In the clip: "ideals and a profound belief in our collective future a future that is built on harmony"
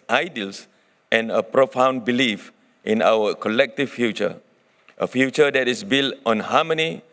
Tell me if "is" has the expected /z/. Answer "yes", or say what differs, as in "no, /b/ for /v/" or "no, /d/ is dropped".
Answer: no, /s/ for /z/